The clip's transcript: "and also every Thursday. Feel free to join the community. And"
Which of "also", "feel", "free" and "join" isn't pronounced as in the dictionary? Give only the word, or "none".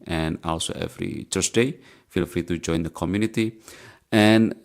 none